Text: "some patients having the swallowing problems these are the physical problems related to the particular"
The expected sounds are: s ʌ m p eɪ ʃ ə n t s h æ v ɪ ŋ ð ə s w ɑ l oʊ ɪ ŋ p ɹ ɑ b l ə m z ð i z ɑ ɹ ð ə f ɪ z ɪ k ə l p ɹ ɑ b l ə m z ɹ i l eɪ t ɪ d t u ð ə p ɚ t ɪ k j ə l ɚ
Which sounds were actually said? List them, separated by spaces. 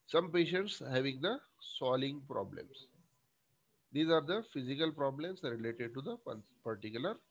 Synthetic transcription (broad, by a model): s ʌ m p eɪ ʃ ə n t s h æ v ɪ ŋ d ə s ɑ l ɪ ŋ p ɹ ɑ b l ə m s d i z ɑ ɹ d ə f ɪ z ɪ k ə l p ɹ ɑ b l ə m s ɹ i l eɪ t ɪ d t u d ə p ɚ t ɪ k j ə l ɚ